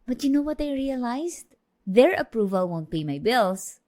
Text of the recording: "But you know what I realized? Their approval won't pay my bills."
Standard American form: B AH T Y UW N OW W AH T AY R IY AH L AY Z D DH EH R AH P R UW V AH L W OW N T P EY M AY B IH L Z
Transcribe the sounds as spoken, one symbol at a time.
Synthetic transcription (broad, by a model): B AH T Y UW N OW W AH T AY R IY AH L AY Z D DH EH R AH P R UW V AH L W OW N T B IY M AY B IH L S